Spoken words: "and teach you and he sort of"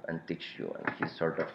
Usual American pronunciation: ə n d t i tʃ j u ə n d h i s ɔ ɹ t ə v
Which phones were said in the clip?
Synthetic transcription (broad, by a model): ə n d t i s j u ə n d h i s ɔ ɹ t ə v